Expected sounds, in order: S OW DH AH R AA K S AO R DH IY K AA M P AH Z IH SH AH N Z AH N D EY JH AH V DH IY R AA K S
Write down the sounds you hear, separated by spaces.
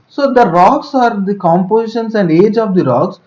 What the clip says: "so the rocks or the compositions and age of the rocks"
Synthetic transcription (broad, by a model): S OW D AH R AA K S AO R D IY K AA M P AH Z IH SH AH N S AH N D EY JH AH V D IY R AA K S